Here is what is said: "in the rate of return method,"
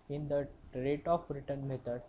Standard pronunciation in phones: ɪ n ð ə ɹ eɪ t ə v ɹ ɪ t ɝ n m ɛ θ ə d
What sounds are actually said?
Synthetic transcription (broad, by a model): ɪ n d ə ɹ eɪ t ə b ɹ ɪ t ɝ n m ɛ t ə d